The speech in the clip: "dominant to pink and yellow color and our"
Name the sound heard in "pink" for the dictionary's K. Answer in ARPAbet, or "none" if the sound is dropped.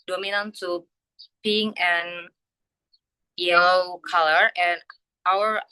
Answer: none